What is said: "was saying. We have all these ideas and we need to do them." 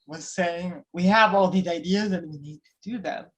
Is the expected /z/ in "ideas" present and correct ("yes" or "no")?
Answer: yes